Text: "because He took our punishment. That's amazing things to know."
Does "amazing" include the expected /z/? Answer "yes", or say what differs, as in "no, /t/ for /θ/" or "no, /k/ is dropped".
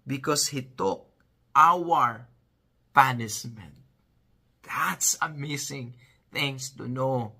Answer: no, /s/ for /z/